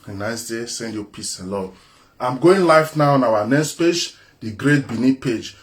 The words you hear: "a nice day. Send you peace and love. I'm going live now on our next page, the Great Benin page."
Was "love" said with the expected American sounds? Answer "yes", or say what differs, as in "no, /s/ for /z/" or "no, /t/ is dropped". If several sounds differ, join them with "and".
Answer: no, /v/ is dropped